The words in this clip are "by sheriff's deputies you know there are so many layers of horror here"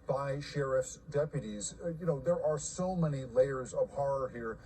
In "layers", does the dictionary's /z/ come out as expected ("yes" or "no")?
yes